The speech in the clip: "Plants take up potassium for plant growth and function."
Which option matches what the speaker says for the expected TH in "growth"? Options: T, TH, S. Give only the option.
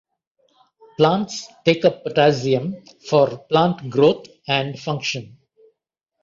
T